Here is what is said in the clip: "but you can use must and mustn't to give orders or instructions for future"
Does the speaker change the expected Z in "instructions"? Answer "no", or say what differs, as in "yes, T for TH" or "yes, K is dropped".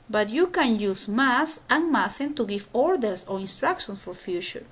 yes, S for Z